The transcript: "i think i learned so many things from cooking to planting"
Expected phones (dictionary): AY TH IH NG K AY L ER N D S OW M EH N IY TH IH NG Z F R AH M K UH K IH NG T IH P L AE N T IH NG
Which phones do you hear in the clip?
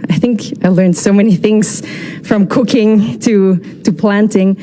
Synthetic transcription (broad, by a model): AY TH IH NG K AY L ER N D S OW M EH N IY TH IH NG Z F R AH M K UH K IH NG T IH P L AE N T IH NG